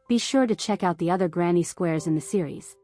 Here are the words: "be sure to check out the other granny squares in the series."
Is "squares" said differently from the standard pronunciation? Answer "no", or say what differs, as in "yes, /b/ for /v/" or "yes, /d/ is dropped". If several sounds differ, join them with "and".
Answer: no